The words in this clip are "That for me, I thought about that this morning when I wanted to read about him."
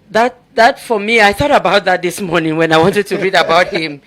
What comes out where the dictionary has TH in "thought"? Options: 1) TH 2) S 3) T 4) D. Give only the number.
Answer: 1